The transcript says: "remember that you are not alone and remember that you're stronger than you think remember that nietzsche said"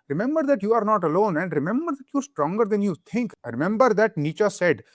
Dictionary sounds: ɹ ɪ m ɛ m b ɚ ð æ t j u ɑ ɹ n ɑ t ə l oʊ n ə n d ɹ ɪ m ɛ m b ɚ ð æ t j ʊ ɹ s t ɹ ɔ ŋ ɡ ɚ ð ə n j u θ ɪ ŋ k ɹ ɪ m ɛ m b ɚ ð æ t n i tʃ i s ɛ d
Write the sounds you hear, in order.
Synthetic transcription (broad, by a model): ɹ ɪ m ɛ m b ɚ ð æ t j u ɑ ɹ n ɑ t ə l oʊ n ə n d ɹ ɪ m ɛ m b ɚ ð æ t j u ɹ s t ɹ ɔ ŋ ɡ ɚ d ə n j u t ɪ ŋ k ɹ ɪ m ɛ m b ɚ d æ t n i tʃ i s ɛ d